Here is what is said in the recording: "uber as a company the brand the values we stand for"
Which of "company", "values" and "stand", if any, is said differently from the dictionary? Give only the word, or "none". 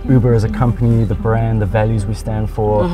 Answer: none